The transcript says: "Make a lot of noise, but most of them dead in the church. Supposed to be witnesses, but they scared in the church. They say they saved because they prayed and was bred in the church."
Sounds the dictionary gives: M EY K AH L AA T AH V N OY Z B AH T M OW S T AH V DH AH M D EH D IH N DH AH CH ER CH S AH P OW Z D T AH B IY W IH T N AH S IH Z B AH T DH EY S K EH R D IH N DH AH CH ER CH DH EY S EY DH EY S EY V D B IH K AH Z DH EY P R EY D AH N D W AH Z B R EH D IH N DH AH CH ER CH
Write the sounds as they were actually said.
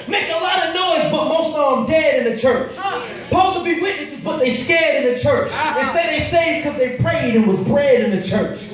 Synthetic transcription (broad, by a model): M EY K AH L AA T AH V N OY Z B AH T M OW S T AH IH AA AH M D EH D IH N DH AH CH ER CH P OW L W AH B IY W IH T N AH S IH Z B AH T DH EY S K EH R D IH N DH AH CH ER CH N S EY DH EY S EY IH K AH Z DH EY P R EY D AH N W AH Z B R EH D IH N DH AH CH ER CH